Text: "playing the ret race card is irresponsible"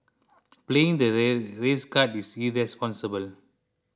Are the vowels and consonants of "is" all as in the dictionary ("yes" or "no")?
no